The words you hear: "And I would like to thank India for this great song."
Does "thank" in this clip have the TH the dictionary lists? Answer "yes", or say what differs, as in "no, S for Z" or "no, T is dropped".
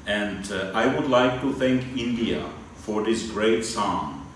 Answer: yes